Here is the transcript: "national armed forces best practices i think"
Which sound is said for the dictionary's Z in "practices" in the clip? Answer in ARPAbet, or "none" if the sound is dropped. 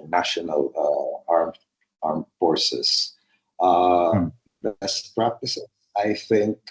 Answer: S